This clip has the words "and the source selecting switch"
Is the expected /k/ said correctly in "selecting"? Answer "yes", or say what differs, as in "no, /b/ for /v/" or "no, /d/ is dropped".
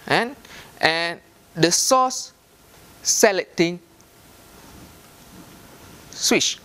no, /k/ is dropped